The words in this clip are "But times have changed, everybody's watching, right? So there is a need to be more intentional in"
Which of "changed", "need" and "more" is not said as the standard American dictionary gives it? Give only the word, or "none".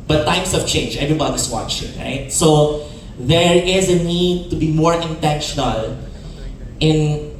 changed